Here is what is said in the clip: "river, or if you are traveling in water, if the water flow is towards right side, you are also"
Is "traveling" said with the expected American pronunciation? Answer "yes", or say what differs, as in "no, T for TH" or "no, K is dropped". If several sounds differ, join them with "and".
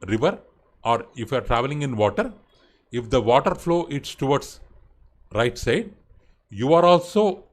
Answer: yes